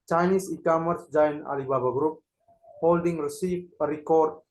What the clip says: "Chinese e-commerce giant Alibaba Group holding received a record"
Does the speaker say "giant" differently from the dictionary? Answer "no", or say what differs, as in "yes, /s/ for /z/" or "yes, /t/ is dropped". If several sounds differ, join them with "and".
yes, /t/ is dropped